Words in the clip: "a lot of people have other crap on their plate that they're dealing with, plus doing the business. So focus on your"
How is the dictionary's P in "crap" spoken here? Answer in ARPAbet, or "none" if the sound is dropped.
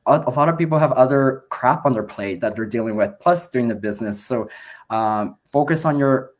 P